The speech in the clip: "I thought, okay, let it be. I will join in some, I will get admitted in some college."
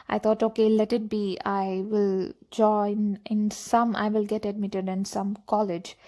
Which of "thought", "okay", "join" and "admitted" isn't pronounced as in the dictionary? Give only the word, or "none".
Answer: thought